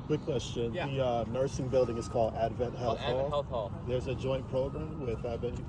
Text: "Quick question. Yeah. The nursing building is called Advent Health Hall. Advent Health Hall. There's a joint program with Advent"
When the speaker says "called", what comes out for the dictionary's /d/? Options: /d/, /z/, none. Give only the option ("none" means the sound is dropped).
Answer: /d/